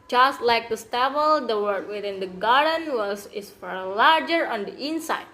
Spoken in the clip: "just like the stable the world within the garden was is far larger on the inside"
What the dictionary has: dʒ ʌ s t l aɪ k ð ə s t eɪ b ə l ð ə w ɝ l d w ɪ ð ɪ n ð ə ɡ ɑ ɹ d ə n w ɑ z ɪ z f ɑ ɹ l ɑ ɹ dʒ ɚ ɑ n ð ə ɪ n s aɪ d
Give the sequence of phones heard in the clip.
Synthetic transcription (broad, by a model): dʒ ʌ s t l aɪ k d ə s t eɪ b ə l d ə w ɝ d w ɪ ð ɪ n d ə ɡ ɑ ɹ d ə n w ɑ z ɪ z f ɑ ɹ l ɑ ɹ dʒ ɚ ɑ n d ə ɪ n s aɪ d